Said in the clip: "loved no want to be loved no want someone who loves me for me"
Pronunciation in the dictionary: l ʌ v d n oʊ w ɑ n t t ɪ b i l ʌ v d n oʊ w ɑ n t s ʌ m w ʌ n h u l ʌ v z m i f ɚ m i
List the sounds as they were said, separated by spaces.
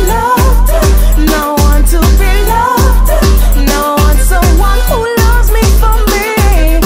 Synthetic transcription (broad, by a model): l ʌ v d n oʊ w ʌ n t t ɪ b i l ʌ v d n oʊ w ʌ n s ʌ w ʌ n h u l ʌ v z m i f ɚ m i